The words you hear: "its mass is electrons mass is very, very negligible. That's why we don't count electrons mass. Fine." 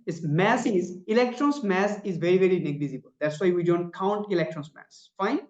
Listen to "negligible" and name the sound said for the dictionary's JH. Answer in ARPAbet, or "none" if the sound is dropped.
Z